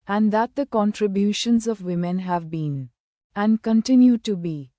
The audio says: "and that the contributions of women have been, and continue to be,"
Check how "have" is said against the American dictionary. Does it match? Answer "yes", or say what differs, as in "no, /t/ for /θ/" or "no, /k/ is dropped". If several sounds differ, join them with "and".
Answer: yes